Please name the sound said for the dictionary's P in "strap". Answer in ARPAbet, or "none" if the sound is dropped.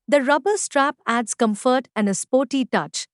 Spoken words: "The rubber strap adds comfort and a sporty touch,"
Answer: P